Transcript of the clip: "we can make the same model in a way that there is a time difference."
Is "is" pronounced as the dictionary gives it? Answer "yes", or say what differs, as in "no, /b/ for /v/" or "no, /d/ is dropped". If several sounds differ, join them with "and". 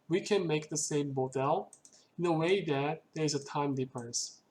yes